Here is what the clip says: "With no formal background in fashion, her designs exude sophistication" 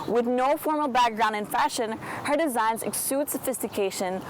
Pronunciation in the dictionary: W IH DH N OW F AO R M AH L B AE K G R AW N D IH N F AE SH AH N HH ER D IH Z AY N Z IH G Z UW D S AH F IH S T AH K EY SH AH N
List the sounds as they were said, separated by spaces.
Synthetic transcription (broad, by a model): W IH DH N OW F AO R M L B AE K G R AW N D IH N F AE SH AH N HH ER D IH Z AY N Z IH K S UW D S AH F IH S T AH K EY SH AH N